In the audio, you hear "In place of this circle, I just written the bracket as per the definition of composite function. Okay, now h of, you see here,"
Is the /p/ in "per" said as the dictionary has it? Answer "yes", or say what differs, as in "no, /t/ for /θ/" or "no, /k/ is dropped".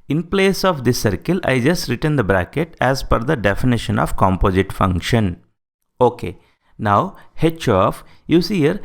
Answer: no, /f/ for /p/